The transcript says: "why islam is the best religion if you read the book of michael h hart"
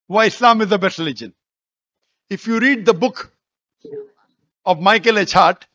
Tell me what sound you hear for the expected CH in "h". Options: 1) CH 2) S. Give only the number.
1